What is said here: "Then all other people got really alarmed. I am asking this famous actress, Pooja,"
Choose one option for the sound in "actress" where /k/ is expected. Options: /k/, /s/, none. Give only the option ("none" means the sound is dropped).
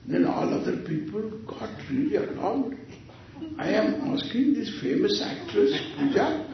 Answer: /k/